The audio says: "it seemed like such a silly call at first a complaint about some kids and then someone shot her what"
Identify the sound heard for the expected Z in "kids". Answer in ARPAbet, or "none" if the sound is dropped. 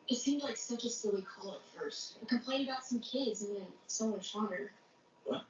Z